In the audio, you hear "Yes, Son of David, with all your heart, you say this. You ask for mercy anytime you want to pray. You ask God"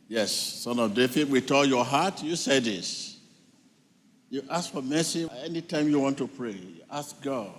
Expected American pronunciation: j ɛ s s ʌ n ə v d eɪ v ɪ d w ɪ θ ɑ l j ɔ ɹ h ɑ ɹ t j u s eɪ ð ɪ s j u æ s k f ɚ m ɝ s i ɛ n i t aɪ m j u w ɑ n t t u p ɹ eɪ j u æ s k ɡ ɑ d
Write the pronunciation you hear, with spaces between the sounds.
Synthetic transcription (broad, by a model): j ɛ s s ʌ n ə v d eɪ f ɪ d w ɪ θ ɑ l j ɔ h ɑ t j u s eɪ ð ɪ s j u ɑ s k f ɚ m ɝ s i ɛ n i t aɪ m j u w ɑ n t t u p ɹ eɪ j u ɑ s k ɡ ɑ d